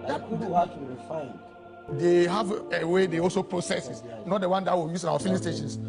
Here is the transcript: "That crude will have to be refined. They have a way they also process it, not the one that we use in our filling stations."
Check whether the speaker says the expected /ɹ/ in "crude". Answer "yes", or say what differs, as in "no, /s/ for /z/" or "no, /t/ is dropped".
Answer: no, /ɹ/ is dropped